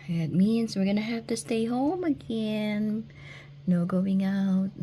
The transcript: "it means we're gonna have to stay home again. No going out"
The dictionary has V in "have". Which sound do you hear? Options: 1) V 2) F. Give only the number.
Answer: 2